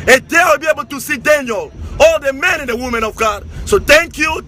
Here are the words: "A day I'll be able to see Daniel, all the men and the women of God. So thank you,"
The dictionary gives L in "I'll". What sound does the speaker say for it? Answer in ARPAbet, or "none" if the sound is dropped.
W